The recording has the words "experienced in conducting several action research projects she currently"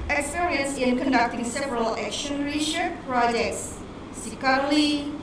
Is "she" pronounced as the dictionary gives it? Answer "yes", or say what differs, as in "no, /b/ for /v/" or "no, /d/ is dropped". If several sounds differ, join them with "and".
no, /s/ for /ʃ/